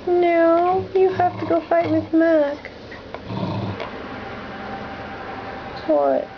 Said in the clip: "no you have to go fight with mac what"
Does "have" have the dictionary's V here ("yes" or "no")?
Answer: no